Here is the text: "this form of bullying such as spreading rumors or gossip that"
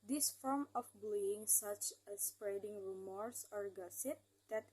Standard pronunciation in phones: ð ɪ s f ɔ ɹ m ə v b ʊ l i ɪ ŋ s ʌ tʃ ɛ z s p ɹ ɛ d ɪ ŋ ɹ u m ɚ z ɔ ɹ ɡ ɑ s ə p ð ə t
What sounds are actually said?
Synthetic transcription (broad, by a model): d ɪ s f ɔ ɹ m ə f b l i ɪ ŋ s ʌ tʃ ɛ s p ɹ ɛ d ɪ ŋ ɹ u m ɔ s ɔ ɹ ɡ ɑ s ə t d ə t